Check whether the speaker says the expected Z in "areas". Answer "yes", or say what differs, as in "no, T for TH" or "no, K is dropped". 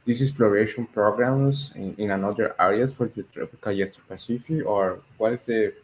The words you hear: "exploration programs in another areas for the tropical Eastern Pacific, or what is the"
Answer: no, S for Z